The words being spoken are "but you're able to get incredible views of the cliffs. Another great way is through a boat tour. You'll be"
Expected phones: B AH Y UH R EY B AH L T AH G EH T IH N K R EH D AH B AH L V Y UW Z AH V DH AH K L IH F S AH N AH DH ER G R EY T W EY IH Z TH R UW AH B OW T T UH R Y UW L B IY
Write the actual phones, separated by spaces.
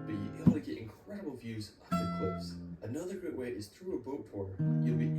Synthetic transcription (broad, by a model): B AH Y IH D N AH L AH G EH T IH N K R EH D AH B AH L V Y UW Z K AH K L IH S AH N AH DH ER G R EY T W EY IH Z TH R UW AH B OW T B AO R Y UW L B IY